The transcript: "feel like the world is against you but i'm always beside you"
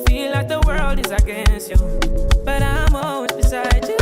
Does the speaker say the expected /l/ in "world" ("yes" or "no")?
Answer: yes